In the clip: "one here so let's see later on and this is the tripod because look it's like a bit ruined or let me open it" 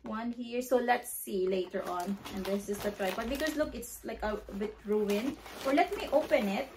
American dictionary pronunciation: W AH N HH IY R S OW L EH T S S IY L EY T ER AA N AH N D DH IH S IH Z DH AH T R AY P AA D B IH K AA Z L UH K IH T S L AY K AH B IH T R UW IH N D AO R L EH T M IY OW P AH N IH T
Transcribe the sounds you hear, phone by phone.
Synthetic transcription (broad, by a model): W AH N HH IY R S OW L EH T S S IY L EY T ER AA N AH N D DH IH S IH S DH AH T R AY B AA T B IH K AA S L UH K IH T S L AY K AH B IH T R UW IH N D AO R L EH T M IY OW P AH N IH T